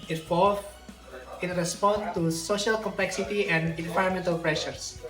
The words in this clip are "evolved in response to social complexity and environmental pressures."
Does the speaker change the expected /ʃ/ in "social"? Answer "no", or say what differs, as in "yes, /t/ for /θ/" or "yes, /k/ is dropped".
no